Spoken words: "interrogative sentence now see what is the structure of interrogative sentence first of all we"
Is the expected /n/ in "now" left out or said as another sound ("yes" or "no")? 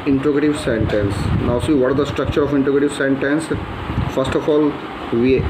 no